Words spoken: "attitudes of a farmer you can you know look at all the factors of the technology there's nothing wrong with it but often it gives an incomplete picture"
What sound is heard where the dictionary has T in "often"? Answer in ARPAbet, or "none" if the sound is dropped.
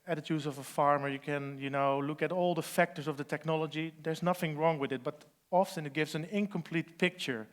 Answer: S